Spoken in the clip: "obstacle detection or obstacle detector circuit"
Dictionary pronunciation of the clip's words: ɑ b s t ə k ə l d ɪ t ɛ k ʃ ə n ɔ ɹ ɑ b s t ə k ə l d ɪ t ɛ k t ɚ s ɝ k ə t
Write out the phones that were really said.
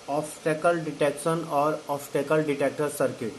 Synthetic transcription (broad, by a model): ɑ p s t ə k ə l d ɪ t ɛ k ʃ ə n ɔ ɹ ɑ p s t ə k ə l d ɪ t ɛ k t ɚ s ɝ k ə t